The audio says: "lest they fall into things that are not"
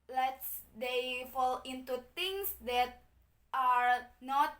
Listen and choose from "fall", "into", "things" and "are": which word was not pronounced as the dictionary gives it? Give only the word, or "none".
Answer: things